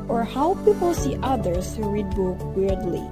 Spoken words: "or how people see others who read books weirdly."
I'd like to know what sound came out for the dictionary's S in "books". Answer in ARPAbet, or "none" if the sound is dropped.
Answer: none